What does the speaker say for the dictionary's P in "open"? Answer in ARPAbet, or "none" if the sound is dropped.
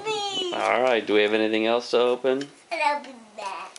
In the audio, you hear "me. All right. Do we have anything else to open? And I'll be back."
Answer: P